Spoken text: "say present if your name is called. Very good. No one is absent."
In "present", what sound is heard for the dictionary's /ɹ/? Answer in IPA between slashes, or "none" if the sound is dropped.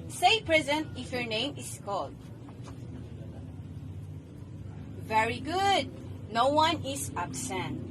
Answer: /ɹ/